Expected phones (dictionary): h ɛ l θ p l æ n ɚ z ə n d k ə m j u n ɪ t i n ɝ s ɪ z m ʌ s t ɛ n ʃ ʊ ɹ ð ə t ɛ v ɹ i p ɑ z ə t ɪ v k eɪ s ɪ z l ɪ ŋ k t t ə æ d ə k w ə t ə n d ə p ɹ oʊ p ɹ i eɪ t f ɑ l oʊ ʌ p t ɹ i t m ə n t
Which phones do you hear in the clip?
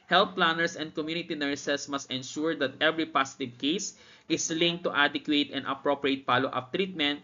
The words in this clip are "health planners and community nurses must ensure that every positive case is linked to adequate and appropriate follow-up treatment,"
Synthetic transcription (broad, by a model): h ɛ l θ p l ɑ n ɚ s ə n d k ə m j u n ɪ t i n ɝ s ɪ s m ʌ s t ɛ n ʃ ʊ ɹ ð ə t ɛ v ɹ i p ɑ s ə t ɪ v k eɪ s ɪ s l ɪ ŋ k t t ə d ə k w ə t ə n ə p ɹ oʊ p ɹ i eɪ t p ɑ l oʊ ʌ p t ɹ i t m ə n t